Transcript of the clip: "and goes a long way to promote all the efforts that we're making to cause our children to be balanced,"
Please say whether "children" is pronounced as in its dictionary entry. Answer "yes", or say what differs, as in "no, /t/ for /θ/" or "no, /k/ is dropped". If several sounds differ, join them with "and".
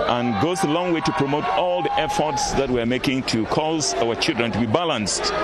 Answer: yes